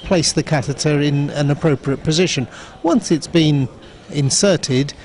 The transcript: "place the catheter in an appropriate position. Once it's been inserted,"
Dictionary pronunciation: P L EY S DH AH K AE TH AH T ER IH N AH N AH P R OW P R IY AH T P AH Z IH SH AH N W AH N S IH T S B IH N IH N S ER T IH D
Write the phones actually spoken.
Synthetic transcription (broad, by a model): P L EY S DH AH K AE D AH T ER IH N AH N AH P R OW P R IY AH T P AH Z IH SH AH N W AH N S IH T S B IH N IH N S ER T IH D